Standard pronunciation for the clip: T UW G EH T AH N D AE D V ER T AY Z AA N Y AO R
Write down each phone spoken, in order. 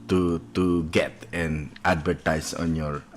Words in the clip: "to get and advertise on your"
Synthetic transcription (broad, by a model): T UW G EH T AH N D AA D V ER T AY S AA N Y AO R